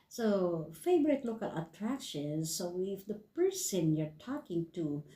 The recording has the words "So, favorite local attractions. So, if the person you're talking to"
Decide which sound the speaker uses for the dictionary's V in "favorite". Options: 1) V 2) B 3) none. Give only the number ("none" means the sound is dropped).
2